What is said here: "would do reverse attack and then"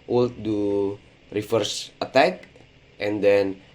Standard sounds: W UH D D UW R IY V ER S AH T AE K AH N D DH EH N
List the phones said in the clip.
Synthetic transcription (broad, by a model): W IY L D UW R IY F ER S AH T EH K AH N D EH N